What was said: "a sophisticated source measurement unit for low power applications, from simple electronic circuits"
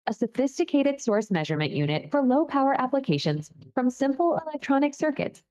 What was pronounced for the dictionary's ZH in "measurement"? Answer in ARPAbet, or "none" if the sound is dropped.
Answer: ZH